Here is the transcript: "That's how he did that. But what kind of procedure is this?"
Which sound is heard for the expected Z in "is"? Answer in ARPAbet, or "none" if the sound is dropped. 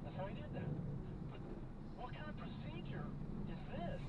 Z